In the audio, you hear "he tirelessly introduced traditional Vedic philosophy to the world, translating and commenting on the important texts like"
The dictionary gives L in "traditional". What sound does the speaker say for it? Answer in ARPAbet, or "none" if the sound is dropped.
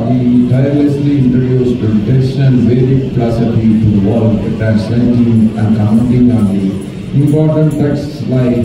N